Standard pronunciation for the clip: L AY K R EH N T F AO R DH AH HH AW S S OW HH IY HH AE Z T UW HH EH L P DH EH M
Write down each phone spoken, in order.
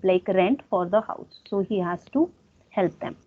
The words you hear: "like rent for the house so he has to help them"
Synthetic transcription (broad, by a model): L AY K R EH N T F AO R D AH HH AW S S OW HH IY HH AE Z T UW HH EH L P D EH M